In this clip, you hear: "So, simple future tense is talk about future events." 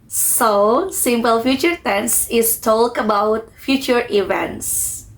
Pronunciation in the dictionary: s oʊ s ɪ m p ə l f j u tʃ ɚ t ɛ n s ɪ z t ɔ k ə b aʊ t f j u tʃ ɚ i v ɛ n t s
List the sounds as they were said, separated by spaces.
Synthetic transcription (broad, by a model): s oʊ s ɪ m p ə l f j u tʃ ɚ t ɛ n s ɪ s t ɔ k ə b aʊ t f j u tʃ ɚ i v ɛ n t s